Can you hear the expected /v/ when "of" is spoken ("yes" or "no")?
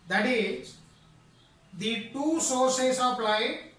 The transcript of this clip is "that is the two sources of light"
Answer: no